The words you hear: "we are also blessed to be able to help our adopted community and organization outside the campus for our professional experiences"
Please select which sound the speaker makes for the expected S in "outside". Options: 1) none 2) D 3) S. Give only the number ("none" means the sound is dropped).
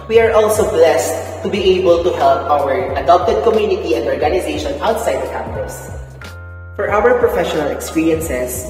3